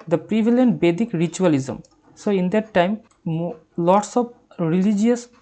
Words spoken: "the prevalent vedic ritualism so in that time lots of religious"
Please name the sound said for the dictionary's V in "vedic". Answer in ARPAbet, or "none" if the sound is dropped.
B